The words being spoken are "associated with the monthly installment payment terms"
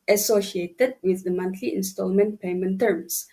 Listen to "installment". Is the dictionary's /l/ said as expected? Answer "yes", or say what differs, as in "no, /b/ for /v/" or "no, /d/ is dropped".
yes